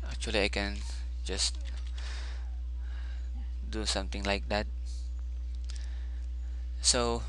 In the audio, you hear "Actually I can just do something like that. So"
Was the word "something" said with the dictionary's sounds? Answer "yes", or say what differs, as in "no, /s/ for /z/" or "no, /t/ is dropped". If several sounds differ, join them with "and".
no, /t/ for /θ/